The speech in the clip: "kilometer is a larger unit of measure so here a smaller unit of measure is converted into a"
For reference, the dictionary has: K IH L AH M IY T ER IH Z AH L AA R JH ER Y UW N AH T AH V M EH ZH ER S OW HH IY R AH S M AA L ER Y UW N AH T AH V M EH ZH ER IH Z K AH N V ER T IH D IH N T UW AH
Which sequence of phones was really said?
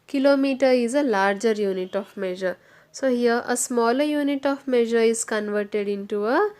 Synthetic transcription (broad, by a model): K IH L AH M IY T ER IH Z AH L AA R JH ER Y UW N AH T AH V M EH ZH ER S OW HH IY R AH S M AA L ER Y UW N AH T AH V M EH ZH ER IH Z K AH N V ER T IH D IH N T UW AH